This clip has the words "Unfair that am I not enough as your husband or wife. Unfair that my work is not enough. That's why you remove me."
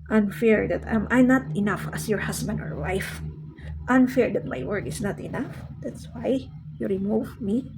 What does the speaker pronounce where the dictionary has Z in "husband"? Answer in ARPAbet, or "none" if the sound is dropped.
S